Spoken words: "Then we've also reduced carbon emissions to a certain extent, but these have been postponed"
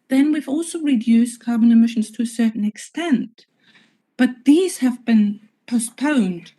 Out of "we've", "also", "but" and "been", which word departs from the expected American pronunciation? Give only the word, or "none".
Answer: none